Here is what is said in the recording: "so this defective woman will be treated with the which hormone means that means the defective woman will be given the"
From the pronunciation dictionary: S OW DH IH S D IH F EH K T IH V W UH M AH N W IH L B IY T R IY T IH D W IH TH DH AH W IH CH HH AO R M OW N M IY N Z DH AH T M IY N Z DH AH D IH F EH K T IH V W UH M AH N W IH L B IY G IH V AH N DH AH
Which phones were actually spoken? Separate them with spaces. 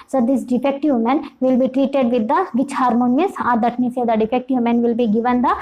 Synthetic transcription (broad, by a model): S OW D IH S D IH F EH K T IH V M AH N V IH L B IY T R IY T IH D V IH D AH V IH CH HH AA R M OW N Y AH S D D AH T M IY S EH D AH D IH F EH K T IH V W M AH N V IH L B IY G IH V AH N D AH